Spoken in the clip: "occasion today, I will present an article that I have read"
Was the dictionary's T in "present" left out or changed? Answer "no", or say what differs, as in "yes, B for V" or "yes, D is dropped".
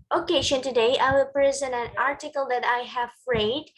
yes, T is dropped